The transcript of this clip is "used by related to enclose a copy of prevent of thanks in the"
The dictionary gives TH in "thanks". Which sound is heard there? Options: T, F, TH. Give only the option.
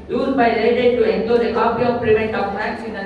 F